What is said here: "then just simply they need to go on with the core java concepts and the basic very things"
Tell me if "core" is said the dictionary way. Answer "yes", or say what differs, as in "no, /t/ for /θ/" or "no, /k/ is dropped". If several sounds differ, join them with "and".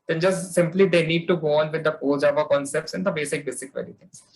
no, /l/ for /ɹ/